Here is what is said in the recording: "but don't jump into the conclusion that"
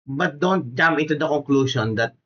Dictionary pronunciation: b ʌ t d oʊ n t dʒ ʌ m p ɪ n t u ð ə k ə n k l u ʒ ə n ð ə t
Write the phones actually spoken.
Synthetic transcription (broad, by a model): b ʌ t d oʊ n t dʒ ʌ m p ɪ n t u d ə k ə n k l u ʃ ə n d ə t